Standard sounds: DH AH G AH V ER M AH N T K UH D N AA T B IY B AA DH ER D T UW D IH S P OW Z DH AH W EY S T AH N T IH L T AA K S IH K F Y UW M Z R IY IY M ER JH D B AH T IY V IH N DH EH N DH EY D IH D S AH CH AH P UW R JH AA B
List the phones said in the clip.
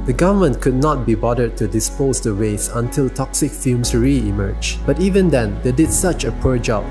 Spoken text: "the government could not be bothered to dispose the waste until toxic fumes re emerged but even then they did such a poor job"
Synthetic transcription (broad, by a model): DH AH G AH V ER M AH N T K UH D N AA T B IY B AA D ER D T UW D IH S P OW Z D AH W EY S AH N T IH L T AA K S IH K F Y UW M S R IY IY M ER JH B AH T IY V IH N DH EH N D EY D IH D S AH CH AH P UW R JH AA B